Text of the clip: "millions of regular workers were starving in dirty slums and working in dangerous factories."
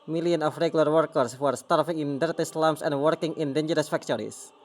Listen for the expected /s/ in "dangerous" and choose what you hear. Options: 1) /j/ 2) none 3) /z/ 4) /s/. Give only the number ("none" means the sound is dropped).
4